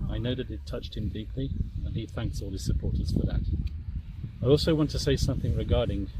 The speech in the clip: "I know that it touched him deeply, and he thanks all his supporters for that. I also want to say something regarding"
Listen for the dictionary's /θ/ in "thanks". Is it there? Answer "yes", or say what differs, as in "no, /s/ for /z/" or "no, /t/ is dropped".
yes